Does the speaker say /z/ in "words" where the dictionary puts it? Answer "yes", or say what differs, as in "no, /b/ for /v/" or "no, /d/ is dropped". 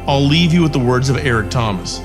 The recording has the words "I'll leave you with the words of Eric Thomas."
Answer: yes